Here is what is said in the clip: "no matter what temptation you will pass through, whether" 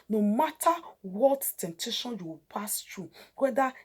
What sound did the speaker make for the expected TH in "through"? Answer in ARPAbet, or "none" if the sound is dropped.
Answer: T